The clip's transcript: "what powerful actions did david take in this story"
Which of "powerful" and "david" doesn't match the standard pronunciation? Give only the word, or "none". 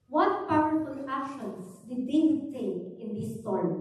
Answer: david